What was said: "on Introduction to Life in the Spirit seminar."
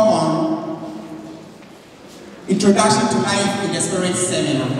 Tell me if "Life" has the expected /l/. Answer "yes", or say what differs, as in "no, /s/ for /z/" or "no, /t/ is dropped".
no, /n/ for /l/